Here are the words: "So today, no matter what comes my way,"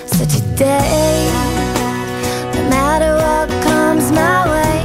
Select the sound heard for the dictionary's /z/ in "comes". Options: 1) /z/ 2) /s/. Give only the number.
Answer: 1